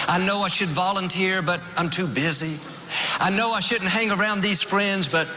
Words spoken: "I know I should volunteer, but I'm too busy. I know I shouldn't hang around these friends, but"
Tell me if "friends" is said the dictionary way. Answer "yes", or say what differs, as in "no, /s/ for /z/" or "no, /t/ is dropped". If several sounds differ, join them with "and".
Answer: yes